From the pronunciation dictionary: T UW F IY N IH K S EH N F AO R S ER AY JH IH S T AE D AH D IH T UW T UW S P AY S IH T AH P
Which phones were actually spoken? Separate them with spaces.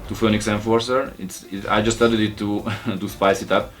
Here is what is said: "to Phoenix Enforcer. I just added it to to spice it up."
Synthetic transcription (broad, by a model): T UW F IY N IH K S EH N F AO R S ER AY JH IH S T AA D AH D IH T UW T UW S P AY S IH T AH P